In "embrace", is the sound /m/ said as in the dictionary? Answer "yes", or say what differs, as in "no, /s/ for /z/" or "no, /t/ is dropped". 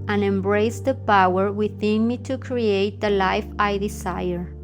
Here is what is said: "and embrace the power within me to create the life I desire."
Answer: yes